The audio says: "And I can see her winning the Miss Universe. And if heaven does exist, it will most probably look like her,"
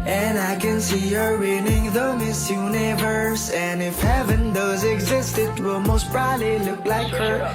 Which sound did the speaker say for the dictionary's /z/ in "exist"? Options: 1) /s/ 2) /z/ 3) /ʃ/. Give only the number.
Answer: 2